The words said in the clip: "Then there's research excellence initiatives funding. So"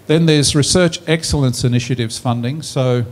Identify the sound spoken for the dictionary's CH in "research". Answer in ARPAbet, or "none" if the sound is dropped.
CH